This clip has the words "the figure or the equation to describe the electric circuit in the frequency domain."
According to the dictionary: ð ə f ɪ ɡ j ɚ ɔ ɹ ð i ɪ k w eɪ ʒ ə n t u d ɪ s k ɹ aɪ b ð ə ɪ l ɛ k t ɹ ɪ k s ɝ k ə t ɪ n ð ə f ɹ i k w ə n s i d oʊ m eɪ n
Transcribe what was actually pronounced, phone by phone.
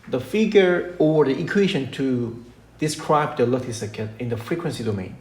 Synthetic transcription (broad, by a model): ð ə f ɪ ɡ j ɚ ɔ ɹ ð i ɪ k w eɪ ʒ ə n t u d ɪ s k ɹ aɪ b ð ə l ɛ t ɪ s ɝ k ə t ɪ n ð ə f ɹ i k w ə n s i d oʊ m eɪ n